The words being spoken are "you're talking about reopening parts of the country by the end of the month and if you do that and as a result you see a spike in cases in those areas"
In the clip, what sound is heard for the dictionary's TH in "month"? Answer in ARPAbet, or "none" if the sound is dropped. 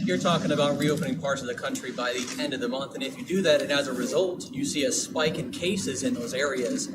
TH